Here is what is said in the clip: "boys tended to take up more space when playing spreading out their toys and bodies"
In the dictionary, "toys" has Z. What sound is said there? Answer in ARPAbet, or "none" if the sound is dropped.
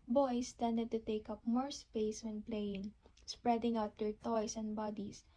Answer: S